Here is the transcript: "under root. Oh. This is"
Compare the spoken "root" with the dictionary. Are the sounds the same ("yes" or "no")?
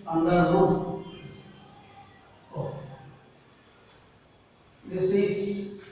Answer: no